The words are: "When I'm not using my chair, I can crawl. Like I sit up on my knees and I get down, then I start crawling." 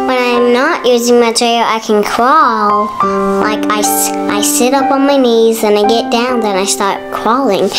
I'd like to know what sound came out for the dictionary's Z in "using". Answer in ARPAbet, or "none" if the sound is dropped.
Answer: Z